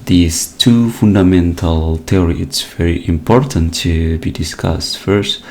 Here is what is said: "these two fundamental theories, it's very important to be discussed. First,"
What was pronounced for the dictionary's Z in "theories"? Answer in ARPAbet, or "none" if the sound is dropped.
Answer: none